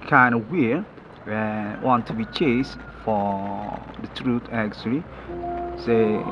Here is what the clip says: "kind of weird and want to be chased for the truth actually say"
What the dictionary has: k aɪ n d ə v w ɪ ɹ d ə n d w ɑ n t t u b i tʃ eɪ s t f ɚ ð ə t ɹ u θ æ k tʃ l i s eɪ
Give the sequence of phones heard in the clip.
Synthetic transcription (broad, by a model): k aɪ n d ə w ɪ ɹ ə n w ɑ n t t u b i tʃ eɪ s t f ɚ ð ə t ɹ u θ æ k tʃ l i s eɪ